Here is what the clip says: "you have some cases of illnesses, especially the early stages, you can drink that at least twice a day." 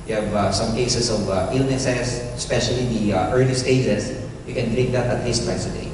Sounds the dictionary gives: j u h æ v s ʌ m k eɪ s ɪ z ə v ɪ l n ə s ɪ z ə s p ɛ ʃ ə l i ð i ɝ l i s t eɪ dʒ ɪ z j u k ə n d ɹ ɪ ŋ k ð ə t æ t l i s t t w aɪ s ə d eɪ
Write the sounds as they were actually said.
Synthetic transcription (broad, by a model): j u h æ v s ʌ m k eɪ s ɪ s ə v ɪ l n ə s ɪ s ə s p ɛ ʃ ə l i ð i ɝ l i s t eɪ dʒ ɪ s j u k ə n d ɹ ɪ k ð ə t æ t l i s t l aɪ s ə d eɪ